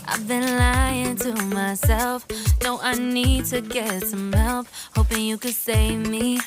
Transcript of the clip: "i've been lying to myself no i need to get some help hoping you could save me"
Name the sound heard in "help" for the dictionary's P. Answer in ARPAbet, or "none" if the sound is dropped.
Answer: F